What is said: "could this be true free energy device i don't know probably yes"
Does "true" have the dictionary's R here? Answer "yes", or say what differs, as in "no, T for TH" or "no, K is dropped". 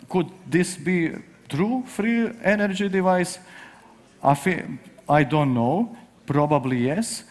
yes